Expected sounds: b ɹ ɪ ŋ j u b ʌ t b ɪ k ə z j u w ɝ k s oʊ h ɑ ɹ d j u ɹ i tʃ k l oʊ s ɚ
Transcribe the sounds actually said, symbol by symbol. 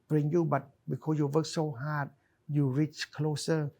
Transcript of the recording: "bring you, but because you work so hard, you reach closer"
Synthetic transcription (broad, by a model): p ɹ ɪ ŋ j u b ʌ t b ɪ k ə j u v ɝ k s oʊ h ɑ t j u ɹ i tʃ k l oʊ s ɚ